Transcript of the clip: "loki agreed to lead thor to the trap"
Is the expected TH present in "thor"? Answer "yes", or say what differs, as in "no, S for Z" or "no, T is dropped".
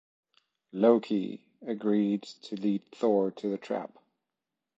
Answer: yes